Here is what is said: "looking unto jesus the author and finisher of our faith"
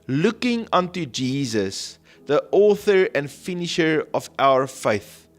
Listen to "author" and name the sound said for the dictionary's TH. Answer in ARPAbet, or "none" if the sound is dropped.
TH